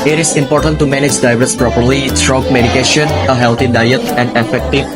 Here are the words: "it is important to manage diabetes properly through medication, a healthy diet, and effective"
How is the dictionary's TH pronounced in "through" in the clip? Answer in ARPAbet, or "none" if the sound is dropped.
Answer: S